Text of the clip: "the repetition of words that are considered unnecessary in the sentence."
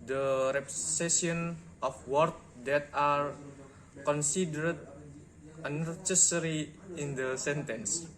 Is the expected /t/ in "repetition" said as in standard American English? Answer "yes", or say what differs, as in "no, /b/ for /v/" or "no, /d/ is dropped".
no, /s/ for /t/